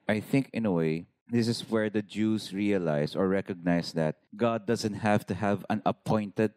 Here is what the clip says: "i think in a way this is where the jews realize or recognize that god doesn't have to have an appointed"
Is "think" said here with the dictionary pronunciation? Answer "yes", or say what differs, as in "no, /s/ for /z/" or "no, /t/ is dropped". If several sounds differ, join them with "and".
yes